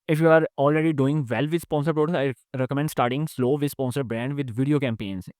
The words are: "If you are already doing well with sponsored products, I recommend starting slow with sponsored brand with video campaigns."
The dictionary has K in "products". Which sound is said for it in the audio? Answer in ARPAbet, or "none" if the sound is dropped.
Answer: none